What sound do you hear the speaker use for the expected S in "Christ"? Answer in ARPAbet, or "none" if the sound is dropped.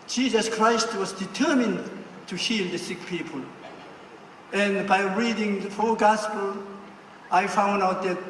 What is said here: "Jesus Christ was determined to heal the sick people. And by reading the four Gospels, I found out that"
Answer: S